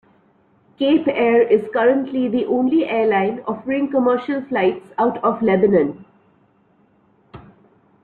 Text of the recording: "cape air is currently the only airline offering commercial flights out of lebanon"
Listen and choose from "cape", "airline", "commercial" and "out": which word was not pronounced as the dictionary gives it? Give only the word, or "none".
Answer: none